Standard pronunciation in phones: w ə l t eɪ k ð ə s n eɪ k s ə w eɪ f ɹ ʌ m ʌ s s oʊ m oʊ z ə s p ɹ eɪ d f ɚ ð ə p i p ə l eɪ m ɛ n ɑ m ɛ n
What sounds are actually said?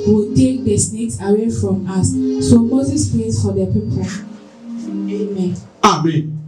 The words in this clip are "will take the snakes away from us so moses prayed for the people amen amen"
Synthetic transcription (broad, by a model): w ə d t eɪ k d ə s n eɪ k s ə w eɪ f ɹ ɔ m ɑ s s oʊ m oʊ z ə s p l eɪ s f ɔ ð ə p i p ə eɪ m ɛ n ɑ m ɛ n